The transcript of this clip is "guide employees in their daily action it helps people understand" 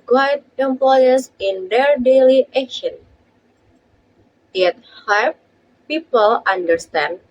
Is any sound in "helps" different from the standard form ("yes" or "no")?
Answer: yes